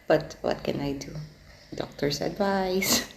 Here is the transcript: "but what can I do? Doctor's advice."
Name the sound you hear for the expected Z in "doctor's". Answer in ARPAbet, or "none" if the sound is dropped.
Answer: S